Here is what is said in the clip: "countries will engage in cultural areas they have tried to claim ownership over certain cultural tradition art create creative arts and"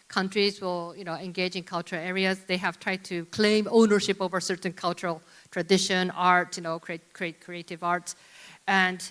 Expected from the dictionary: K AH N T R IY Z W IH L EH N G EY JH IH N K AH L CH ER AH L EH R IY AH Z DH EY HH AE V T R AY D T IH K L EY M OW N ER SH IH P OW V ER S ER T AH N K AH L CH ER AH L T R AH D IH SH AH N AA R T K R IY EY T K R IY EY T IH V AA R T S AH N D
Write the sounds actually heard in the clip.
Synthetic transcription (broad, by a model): K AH N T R IY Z W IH L EH N G EY JH IH N K AH L CH ER AH L EH R IY AH Z DH EY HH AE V T R AY D T IH K L EY M OW N ER SH IH P OW V ER S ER T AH N K AH L CH ER AH L T R AH D IH SH AH N AA R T K R IY EY T K R IY EY T IH V AA R T S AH N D